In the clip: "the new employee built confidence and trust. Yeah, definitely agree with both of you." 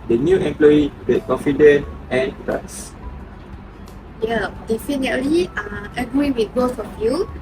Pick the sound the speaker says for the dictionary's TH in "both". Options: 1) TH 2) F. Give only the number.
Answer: 2